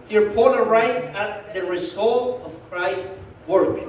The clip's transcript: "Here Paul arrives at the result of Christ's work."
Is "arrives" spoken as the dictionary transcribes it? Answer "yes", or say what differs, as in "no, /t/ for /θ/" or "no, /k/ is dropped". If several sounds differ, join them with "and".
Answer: no, /v/ is dropped